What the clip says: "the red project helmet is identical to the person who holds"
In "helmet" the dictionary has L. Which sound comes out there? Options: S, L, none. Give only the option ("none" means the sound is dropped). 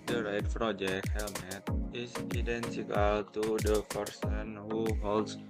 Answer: L